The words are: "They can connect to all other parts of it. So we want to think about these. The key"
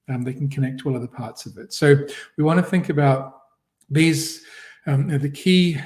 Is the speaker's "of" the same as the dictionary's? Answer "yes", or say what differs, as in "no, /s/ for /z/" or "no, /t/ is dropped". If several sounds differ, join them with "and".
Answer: yes